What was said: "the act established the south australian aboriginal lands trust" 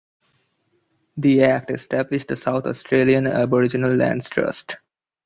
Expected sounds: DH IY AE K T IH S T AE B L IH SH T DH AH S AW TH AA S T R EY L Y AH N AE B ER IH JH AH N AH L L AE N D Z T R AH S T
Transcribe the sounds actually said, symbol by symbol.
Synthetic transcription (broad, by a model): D IY AE K T IH S T AE B L IH SH T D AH S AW T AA S T R EY L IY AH N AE B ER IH JH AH N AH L L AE N D S T R AH S T